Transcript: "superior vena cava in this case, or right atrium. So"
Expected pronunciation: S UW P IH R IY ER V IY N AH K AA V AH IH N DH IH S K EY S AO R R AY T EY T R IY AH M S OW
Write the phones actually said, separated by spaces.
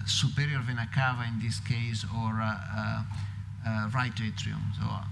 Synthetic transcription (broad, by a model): S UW P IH R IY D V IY N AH K AA V AH IH N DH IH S K EY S AO R R AY T EY T R IY AH M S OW